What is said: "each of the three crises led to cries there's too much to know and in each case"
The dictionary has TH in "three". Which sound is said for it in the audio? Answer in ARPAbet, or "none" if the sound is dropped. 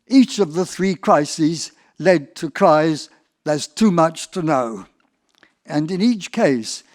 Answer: TH